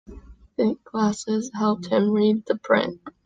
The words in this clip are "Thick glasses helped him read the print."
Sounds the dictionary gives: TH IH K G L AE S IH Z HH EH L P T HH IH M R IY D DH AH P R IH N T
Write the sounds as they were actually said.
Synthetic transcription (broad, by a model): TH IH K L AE S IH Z HH EH L P T HH IH M R IY D DH AH P R IH N T